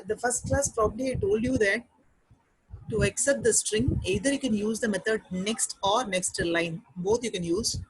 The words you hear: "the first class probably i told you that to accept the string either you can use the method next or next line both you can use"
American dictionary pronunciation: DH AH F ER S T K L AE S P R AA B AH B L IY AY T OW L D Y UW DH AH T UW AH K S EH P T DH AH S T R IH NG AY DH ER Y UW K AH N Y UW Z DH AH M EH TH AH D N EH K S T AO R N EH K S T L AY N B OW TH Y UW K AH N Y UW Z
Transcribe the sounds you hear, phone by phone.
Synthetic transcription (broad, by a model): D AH F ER S T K L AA S P R AA B AH B L IY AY T OW L D Y UW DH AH T UW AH K S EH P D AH S T R IH NG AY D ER Y UW K AH N Y UW Z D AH M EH T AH D N EH K S T AO R N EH K S T L AY N B OW T Y UW K AH N Y UW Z